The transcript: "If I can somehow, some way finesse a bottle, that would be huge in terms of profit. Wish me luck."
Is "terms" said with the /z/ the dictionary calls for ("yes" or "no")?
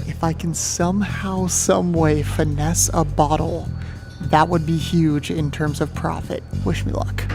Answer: yes